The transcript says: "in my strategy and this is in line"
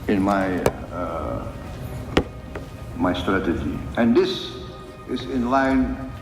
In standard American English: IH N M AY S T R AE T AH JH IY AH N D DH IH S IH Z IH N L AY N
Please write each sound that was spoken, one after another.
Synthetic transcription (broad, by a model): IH N M AY S T R AE T AH JH IY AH N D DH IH S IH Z IH N L AY N